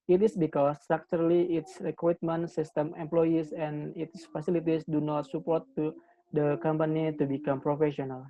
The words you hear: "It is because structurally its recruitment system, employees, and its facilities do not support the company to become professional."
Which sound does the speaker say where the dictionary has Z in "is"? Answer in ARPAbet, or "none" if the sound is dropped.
S